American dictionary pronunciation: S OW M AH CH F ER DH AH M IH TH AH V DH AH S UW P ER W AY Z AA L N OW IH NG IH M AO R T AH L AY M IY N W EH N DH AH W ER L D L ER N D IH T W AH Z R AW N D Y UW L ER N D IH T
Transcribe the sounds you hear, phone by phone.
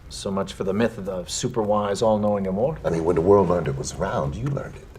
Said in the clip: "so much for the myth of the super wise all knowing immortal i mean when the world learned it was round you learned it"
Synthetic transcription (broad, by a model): S OW M AH CH F ER DH AH M IH TH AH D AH S UW P ER W AY Z AA L N OW IH NG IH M AO R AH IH M IY N W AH N DH AH W ER L D L ER N D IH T W AH Z R AW N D Y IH L ER N D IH T